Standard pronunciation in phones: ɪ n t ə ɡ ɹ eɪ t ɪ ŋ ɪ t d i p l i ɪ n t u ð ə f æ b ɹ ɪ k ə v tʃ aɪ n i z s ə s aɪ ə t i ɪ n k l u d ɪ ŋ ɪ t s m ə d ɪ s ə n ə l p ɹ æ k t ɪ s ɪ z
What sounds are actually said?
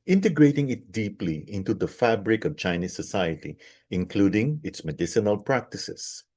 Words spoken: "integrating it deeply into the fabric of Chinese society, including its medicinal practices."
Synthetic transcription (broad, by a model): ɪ n t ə ɡ ɹ eɪ t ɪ ŋ ɪ t d i p l i ɪ n t u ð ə f æ b ɹ ɪ k ə v tʃ aɪ n i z s ə s aɪ ə t i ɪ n k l u d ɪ ŋ ɪ t s m ə d ɪ s ə n ə l p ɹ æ k t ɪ s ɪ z